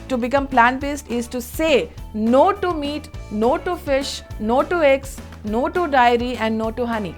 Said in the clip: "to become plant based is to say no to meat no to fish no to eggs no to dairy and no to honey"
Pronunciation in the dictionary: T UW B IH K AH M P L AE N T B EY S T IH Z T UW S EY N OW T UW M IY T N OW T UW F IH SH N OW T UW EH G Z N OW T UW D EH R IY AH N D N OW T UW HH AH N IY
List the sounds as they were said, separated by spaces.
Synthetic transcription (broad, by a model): T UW B IH K AH M P L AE N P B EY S T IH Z T UW S EY N OW T UW M IY T N OW T UW F IH SH N OW T UW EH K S N OW T UW D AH R IY AH N D N OW T UW HH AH N IY